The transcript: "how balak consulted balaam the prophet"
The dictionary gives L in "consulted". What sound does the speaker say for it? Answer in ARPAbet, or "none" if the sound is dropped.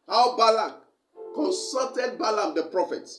none